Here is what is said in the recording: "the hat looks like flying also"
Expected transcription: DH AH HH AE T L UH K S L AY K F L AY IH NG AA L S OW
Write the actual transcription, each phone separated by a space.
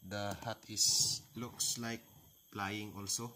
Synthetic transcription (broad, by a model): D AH HH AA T L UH K S L AY K P L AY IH NG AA L S OW